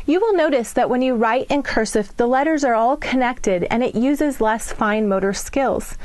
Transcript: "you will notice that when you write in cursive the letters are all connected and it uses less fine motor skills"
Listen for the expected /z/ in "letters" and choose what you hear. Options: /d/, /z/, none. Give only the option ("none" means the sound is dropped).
/z/